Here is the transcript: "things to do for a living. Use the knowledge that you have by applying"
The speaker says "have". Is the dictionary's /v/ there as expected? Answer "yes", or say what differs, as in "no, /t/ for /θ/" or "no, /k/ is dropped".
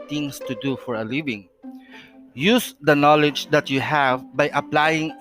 yes